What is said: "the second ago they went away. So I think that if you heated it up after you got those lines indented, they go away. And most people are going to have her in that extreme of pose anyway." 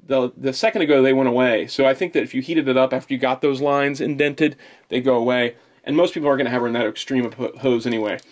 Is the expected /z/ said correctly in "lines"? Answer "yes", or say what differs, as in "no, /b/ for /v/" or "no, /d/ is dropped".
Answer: yes